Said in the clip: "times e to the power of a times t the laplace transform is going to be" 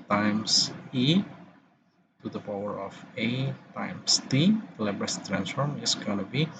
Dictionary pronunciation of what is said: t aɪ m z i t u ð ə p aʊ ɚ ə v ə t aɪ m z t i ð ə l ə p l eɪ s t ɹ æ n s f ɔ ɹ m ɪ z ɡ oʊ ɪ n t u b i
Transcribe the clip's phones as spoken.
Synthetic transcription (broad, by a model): t aɪ m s i t u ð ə p aʊ ɚ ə f ə t aɪ m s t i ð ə l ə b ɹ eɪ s t ɹ æ n s f ɔ ɹ m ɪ s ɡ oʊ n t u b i